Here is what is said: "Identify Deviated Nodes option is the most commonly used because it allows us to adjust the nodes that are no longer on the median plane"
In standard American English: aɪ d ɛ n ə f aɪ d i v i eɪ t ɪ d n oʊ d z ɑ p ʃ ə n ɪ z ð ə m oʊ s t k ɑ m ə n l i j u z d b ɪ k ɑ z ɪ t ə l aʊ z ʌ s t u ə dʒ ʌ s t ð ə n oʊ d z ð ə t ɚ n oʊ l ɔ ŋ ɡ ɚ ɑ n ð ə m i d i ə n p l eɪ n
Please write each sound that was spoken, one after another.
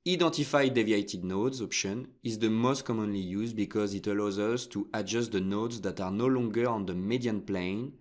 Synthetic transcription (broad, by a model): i d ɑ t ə f aɪ d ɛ v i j t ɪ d n oʊ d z ɑ p ʃ ə n ɪ z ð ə m oʊ s t k ɑ m ə n l i j u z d b ɪ k ɑ z ɪ t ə l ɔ z ʌ s t u ə dʒ ʌ s t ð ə n oʊ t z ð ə t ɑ n oʊ l ɔ ŋ ɡ ɚ ɑ n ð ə m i d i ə n p l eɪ n